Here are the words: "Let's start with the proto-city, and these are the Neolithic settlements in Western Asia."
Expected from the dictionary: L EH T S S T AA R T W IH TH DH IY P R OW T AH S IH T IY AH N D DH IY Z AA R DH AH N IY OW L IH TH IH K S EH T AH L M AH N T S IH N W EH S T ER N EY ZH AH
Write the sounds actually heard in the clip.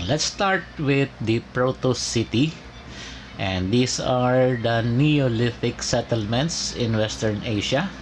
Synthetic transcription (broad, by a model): L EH T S S T AA R T W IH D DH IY P R OW T AH S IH T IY AH N D IY S AA R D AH N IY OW L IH F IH K S EH T AH L M AH N T S IH N W EH S T ER N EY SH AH